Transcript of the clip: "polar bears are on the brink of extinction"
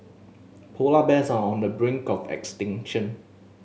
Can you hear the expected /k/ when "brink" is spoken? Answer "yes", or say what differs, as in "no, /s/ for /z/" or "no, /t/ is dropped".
yes